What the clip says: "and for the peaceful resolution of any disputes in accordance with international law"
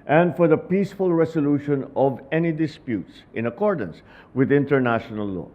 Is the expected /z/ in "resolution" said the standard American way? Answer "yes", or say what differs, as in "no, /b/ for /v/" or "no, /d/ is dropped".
no, /s/ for /z/